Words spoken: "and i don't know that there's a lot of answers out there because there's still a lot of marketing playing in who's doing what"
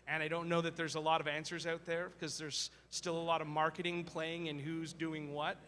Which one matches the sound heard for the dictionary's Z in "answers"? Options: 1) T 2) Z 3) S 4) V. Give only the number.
2